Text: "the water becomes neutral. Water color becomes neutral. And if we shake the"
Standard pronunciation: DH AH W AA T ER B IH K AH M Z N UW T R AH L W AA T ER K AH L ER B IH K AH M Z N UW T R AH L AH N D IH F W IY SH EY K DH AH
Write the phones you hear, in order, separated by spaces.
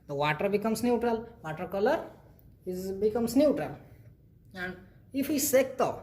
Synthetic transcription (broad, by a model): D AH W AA T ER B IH K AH M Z N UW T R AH L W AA T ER K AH L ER B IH K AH M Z N UW T R AH L AH N D IH F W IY S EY K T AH